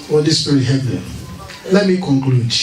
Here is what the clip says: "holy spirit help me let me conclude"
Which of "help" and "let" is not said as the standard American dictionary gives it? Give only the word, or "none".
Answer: help